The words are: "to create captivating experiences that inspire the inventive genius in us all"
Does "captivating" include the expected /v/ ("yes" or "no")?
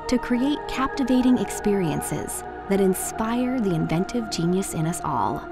yes